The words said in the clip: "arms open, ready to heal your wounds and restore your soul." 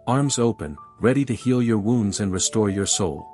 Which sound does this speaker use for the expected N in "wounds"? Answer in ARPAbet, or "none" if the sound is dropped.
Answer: N